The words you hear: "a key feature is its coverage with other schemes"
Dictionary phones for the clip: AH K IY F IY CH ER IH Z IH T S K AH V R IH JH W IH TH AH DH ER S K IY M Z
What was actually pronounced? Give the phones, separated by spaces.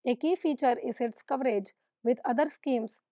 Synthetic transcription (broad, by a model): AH K IY F IY CH ER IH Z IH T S K AH V R IH JH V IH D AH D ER S K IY M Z